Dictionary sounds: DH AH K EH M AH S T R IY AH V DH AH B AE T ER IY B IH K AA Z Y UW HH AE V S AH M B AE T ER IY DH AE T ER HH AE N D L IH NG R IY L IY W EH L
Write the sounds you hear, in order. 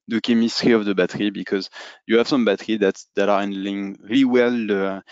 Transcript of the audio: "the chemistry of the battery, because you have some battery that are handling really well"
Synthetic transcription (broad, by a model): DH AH K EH M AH S T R IY AH V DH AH B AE T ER IY B IH K AA Z Y UW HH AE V S AH M B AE T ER IY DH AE T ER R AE N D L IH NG R IY L IY W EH L